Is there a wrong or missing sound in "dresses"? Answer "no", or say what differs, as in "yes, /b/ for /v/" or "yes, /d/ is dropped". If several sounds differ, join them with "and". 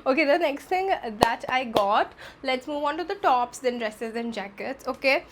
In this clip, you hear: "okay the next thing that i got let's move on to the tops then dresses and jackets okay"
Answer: no